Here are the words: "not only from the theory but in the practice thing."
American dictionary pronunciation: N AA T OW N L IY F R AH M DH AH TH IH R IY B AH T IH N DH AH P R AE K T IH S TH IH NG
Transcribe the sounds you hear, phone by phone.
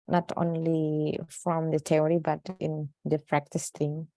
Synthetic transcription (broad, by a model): N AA T OW N L IY F R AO M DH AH T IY R IY B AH T IH N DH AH P R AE K T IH S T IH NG